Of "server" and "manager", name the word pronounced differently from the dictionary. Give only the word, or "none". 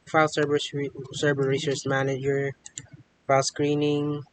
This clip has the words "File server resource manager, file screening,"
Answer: server